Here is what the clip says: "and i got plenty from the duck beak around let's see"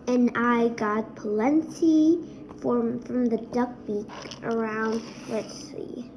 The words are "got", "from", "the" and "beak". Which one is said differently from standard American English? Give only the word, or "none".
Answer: none